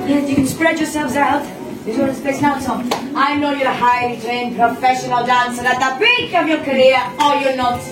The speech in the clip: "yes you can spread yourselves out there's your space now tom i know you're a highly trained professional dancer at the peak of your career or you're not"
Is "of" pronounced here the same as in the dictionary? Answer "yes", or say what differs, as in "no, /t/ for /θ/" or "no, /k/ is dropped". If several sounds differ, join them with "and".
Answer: yes